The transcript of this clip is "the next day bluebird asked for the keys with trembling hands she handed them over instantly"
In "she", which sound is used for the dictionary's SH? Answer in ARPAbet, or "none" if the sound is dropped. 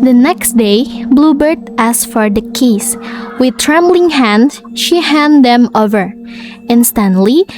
SH